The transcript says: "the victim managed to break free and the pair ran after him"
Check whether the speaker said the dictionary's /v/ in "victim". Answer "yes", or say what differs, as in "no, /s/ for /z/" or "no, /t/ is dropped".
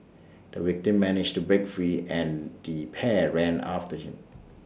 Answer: no, /w/ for /v/